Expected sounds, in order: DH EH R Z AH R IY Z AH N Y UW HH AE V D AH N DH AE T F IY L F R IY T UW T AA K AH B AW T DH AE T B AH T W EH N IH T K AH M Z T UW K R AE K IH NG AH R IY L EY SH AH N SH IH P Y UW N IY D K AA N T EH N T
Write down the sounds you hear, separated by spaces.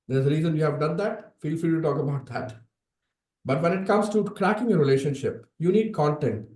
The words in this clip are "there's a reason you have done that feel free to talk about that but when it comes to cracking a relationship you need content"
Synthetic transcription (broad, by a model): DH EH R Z AH R IY Z AH N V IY HH AE V D AH N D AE T F IY L F IY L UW T AA K AH B AW T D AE T B AH T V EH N IH T K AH M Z T UW K R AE K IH NG AH R IY L EY SH AH N SH IH P Y UW N IY D K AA N T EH N T